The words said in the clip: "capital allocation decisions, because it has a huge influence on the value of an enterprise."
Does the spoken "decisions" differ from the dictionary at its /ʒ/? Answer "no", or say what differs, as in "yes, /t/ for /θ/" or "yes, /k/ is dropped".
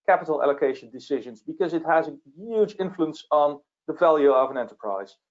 no